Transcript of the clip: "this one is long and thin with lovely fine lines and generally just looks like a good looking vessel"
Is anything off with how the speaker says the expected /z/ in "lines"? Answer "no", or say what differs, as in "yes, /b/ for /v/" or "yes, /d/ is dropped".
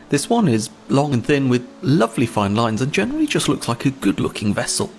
no